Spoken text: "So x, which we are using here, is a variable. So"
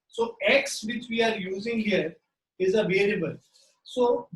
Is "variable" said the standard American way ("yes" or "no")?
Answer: no